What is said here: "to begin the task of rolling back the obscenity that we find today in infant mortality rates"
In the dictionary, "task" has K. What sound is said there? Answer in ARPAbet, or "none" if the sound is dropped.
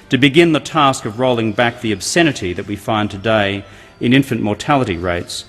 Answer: K